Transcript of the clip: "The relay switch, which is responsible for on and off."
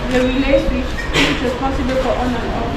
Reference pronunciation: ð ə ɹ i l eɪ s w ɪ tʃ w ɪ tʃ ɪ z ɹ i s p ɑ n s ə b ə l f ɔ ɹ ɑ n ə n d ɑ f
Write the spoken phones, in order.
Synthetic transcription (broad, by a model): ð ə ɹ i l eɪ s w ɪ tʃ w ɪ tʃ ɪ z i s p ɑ s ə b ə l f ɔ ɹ ɑ n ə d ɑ